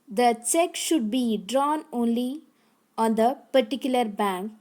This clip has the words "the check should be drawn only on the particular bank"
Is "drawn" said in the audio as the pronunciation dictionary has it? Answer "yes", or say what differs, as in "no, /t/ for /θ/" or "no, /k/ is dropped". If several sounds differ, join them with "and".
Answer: yes